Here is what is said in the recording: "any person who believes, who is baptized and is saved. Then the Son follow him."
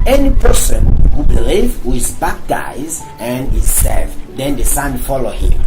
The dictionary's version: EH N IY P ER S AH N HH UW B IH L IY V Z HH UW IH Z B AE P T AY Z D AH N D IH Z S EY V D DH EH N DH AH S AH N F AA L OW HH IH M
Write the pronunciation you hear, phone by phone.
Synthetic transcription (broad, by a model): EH N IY P ER S AH N HH UW B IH L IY V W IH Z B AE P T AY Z AH N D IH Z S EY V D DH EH N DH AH S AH N F AA L OW HH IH M